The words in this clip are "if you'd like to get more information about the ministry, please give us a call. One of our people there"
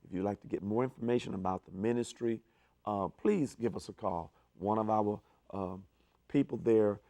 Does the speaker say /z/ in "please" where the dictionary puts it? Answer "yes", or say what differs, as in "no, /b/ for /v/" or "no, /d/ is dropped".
yes